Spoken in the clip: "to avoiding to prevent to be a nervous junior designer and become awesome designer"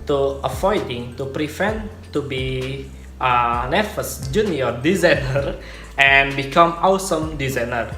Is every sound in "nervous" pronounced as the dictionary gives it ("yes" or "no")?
no